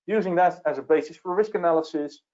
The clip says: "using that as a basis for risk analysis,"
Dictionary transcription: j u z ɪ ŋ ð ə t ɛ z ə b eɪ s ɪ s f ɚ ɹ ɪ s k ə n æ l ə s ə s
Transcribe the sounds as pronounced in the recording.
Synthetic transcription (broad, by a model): j u z ɪ ŋ ð ə t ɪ z ə b eɪ s ɪ s f ɚ ɹ ɪ s k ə n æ l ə s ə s